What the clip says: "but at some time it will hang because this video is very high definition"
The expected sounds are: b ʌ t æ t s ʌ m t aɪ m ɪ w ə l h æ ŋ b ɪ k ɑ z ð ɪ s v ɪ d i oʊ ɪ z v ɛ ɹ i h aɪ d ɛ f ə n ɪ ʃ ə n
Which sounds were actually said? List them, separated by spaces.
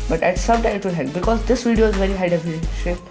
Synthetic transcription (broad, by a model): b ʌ t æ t s ʌ m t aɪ ɪ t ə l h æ b ɪ k ɑ z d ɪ s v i d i oʊ ɪ z v ɛ ɹ i h aɪ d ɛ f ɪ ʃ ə